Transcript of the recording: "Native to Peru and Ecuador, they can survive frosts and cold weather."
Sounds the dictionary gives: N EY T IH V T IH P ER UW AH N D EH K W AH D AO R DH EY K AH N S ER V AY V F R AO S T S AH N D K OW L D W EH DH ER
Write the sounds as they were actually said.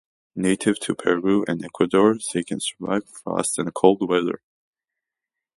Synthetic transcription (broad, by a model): N EY T IH V T IH P ER UW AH N EH K W AH D AO R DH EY K AH N S ER V AY V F AO S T AH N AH K OW L D W EH DH ER